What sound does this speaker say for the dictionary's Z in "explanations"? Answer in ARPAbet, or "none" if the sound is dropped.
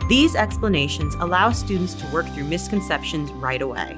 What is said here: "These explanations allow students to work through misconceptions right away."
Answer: Z